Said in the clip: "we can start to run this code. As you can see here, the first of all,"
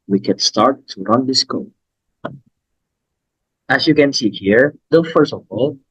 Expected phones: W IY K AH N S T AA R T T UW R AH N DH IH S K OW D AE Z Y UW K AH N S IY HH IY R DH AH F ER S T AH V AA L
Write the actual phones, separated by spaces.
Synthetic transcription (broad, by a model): W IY K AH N S T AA R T T UW R AH N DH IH S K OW AE S Y UW K AH N S IY HH IY R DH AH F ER S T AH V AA L